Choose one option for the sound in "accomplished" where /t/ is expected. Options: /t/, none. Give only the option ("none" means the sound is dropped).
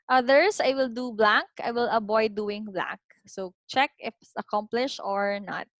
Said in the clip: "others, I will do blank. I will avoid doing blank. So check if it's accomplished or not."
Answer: none